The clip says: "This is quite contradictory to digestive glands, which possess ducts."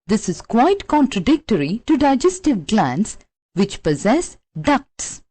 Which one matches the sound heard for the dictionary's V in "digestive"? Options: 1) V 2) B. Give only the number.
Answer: 1